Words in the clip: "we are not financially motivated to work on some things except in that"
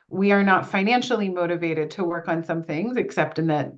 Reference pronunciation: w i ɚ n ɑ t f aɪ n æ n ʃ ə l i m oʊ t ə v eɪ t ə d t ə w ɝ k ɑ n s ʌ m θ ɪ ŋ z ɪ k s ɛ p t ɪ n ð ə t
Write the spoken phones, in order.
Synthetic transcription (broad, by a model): w i ɚ n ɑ t f aɪ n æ n ʃ l i m oʊ t ə v eɪ t ə d t ə w ɝ k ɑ n s ʌ m θ ɪ ŋ z ɪ k s ɛ p t ɪ n ð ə t